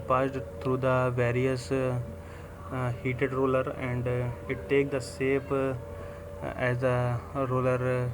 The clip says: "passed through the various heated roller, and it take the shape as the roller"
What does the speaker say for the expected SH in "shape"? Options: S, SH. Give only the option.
S